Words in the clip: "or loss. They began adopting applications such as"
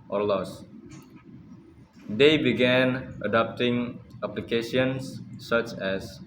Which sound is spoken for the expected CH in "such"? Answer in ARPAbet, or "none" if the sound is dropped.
CH